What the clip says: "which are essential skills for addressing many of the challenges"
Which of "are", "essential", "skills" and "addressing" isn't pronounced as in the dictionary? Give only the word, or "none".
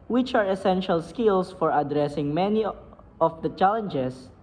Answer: skills